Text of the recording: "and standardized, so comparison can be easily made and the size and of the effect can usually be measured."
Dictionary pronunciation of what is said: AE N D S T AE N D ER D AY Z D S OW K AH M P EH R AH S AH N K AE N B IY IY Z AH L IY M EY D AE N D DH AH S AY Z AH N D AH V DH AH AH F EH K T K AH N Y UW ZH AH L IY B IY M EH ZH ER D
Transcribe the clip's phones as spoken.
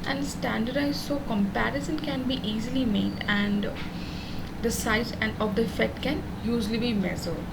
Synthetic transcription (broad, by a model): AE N D S T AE N D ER D AY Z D S OW K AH M P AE R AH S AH N K AE N B IY IY Z AH L IY M EY D AE N D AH S AY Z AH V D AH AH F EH T K AH N Y UW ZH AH L IY B IY M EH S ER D